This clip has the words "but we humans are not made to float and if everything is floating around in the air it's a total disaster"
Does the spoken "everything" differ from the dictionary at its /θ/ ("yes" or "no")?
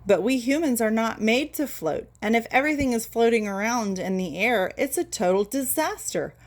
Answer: no